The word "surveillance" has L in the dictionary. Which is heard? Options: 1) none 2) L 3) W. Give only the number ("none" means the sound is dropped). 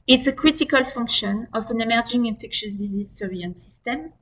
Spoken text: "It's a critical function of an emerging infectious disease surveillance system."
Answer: 1